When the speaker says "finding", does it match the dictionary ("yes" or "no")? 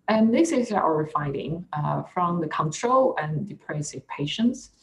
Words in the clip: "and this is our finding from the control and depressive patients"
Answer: no